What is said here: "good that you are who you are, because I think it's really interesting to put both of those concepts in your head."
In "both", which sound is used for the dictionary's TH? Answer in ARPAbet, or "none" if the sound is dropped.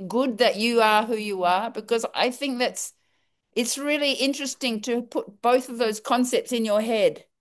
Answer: TH